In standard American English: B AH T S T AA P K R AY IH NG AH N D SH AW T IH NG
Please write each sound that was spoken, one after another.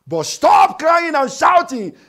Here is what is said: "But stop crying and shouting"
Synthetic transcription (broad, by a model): B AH T S T AA P K L AY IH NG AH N SH AW T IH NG